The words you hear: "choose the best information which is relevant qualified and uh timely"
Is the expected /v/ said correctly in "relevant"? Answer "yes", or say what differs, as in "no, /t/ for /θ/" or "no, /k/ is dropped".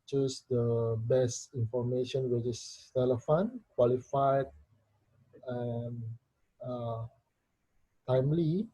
no, /f/ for /v/